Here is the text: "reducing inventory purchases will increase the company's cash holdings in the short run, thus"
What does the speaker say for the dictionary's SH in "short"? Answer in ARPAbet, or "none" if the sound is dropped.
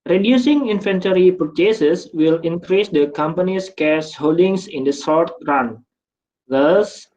S